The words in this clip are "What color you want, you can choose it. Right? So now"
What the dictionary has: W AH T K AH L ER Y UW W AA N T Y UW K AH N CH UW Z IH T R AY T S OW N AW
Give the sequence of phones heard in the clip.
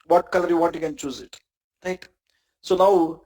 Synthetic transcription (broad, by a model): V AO T K AH L ER Y UW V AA T Y UW K AH N CH UW Z IH T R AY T S OW N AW